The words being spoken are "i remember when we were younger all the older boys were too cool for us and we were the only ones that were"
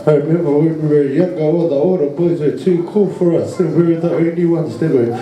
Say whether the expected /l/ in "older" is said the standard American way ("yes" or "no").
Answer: no